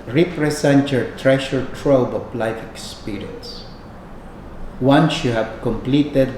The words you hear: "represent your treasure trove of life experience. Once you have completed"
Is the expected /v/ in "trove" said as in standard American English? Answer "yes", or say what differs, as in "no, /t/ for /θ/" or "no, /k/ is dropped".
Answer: no, /b/ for /v/